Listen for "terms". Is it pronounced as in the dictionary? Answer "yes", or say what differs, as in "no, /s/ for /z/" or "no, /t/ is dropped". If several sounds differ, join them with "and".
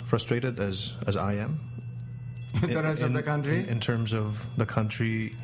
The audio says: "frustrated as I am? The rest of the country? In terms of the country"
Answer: yes